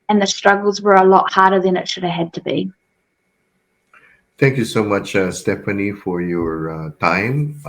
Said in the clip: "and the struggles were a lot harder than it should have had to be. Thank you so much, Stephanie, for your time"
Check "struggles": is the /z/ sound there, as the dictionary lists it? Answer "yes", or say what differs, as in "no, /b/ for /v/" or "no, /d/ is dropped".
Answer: yes